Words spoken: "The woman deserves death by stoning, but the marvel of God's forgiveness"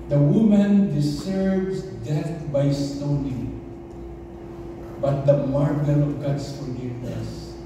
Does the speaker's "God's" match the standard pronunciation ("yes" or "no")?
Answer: no